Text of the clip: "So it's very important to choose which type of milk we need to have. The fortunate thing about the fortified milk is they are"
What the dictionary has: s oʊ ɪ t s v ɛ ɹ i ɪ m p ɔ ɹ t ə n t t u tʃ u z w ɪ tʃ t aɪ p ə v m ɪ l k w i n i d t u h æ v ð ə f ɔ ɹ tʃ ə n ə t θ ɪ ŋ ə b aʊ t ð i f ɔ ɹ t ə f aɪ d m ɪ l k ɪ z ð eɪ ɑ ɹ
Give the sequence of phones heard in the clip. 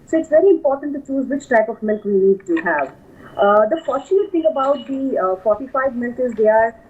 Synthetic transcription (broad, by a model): s oʊ ɪ t s v ɛ ɹ i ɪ m p ɔ ɹ t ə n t t u tʃ u z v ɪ tʃ t aɪ p ə v m ɪ l k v i n i d t u h æ v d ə f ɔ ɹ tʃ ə ə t t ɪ ŋ ə b aʊ t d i f ɔ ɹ t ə f aɪ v m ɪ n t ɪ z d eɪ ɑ ɹ